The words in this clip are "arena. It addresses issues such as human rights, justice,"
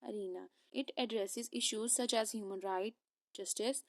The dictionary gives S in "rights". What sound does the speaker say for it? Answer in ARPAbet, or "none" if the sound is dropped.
none